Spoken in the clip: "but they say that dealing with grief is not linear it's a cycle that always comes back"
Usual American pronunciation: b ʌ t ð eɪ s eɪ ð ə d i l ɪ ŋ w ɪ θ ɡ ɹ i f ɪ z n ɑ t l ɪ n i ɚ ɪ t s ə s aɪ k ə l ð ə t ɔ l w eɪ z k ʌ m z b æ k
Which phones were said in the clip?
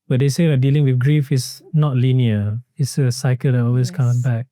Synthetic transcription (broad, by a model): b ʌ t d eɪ s eɪ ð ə d i l ɪ ŋ w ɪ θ ɡ ɹ i f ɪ s n ɑ t l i n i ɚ ɪ t s ə s aɪ k ə l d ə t ɔ l w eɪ s k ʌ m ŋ b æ k